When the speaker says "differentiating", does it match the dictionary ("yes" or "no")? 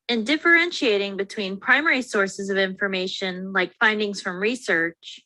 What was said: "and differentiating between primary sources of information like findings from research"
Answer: yes